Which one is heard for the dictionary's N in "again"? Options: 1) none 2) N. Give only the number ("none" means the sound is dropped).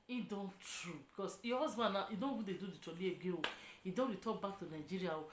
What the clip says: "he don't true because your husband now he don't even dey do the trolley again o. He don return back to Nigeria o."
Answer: 1